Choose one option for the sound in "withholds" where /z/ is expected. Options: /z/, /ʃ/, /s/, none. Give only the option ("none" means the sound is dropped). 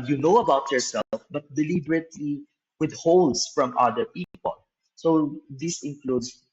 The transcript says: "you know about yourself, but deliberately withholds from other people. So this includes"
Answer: /s/